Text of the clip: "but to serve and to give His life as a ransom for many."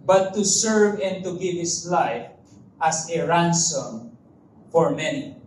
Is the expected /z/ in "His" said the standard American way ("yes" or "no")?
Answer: no